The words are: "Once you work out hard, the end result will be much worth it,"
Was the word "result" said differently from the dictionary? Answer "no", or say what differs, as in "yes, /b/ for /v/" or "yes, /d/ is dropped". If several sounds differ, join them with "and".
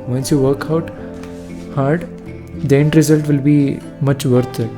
no